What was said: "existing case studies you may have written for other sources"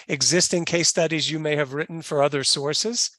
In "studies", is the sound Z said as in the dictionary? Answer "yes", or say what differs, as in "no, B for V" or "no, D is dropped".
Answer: yes